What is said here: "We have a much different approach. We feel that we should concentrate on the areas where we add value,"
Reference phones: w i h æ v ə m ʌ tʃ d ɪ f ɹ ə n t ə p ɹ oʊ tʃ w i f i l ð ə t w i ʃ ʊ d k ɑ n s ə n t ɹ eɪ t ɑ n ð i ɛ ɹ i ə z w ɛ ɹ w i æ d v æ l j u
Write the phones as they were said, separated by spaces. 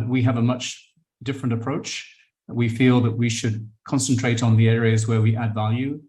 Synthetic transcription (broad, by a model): w i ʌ v ə m ʌ tʃ d ɪ f ɹ ə n t ə p ɹ oʊ tʃ w i f i l ð ə t w i ʃ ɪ d k ɑ n s ə n t ɹ eɪ t n ð i ɛ ɹ i ə z w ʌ ɹ w i æ d v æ l j u